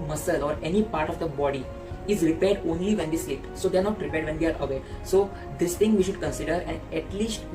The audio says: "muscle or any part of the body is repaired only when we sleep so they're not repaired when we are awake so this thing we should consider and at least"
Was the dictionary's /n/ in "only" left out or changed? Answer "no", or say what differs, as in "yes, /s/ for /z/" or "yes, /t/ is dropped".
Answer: no